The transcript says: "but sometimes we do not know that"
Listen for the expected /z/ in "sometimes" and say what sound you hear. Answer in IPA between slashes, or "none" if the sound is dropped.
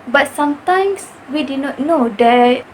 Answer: /s/